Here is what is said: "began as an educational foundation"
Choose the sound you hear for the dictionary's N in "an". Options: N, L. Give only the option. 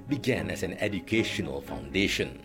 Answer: N